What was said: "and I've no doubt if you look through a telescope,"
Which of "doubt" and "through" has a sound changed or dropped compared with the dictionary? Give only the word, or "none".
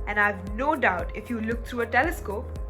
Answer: through